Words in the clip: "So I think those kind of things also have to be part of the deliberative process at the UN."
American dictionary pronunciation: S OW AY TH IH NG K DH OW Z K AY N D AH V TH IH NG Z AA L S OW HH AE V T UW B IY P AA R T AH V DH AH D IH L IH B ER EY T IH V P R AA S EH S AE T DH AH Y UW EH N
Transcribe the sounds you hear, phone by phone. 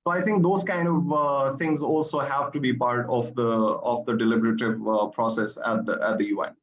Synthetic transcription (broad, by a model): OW AY T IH NG K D OW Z K AY N D AH V T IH NG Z AA L S OW HH AE V T UW B IY P AA R T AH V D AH D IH L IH B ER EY T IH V P R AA S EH S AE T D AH Y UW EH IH